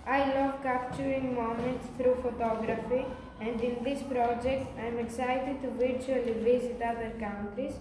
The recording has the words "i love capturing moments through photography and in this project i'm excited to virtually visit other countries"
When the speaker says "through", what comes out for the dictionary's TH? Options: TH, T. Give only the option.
T